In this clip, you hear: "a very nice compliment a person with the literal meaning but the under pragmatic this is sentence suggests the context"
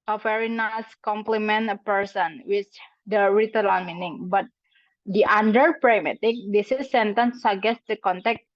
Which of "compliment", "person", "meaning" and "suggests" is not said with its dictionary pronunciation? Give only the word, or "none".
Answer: suggests